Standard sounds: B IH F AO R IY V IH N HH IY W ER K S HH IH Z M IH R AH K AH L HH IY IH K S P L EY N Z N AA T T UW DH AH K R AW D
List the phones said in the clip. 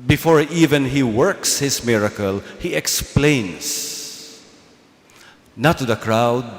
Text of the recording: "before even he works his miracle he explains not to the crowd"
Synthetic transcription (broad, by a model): B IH F AO R IY V IH N HH IY W ER K S HH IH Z M IH R AH K AH L HH IY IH K S P L EY N S N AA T T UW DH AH K R AW D